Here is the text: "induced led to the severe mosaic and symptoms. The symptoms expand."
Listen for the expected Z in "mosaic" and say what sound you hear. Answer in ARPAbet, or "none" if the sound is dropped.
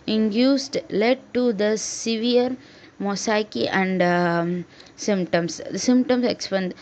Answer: S